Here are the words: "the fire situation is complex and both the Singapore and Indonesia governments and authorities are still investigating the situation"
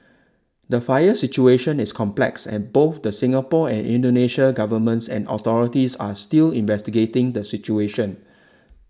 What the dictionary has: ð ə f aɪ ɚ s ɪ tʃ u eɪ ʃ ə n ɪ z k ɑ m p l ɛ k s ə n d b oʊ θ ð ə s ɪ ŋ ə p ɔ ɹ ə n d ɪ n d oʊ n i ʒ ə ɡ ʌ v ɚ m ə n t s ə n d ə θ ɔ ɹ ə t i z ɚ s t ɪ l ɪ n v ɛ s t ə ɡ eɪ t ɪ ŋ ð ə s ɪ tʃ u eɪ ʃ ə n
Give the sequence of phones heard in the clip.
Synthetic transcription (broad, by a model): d ə f aɪ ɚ s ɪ tʃ u eɪ ʃ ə n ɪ s k ɑ m p l ɛ k s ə n b oʊ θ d ə s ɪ ŋ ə p ɔ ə n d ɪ n d oʊ n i ʃ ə ɡ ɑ v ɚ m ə n t s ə n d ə t ɔ ɹ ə t i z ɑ s t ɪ l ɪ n v ɛ s t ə ɡ eɪ t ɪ ŋ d ə s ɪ tʃ u eɪ ʃ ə n